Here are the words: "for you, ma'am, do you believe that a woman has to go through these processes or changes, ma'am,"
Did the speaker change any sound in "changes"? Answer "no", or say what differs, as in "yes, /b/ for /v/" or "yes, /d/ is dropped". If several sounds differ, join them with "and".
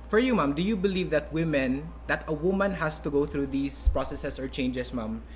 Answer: yes, /s/ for /z/